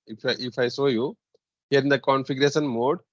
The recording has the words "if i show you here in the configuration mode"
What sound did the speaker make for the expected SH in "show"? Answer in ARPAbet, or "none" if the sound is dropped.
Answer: S